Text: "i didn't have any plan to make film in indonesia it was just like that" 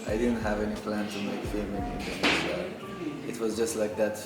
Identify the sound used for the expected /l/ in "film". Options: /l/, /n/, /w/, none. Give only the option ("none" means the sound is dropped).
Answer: none